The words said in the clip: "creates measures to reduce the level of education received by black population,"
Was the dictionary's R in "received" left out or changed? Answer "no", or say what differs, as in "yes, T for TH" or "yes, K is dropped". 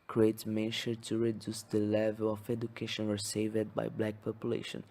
yes, W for R